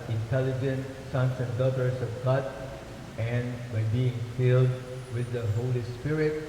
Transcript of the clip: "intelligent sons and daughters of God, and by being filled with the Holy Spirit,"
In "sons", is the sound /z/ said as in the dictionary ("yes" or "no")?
no